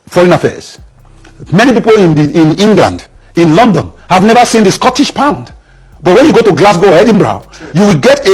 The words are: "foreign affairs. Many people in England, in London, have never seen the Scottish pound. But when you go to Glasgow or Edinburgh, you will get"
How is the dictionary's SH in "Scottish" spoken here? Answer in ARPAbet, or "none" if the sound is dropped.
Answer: SH